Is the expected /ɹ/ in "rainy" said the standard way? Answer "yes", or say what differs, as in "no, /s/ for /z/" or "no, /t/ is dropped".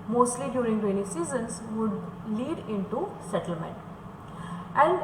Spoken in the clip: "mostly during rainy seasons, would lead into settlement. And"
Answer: no, /w/ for /ɹ/